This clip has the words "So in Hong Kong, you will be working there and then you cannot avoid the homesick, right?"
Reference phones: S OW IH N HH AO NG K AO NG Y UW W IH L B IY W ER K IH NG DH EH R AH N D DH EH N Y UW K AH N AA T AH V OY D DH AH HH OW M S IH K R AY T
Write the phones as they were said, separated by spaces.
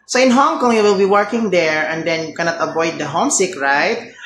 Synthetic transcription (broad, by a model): S OW IH N HH AO NG K AO NG Y UW W IH L B IY W ER K IH NG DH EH R AH N D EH N Y UW K AH N AA T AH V OY D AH HH OW M S IH K R AY T